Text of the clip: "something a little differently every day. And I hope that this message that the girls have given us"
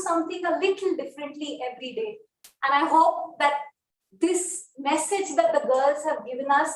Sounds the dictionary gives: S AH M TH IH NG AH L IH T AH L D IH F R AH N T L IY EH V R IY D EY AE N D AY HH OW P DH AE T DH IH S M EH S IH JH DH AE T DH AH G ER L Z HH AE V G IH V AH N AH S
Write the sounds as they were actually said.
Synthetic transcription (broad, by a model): S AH M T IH NG AH L IH T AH L D IH F R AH N T L IY EH V R IY D EY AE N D AY HH OW P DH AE T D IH S M EH S IH JH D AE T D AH G ER L Z HH AE V G IH V AH N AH S